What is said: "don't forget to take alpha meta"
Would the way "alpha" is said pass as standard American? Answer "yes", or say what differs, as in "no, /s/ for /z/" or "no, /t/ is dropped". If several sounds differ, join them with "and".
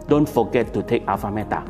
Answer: no, /l/ is dropped